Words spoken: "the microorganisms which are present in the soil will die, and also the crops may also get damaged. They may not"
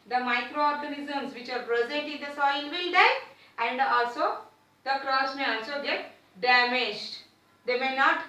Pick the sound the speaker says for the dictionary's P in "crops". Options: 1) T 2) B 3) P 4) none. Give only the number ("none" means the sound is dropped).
4